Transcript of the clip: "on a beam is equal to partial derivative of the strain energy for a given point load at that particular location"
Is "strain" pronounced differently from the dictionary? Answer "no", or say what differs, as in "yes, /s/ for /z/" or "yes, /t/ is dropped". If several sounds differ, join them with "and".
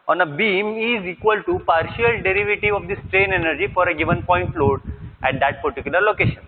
no